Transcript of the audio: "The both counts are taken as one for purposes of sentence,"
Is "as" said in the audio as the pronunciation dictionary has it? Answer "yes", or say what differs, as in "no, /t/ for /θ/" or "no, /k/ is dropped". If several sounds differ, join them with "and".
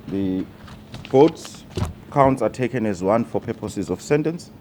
yes